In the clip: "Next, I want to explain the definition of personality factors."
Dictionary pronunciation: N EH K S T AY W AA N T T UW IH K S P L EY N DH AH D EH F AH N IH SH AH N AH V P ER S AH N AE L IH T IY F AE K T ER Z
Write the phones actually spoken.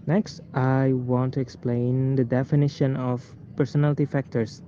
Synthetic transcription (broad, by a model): N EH K S T AY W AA N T T UW IH K S P L EY N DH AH D EH F AH N IH SH AH N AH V P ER S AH N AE L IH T IY F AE K T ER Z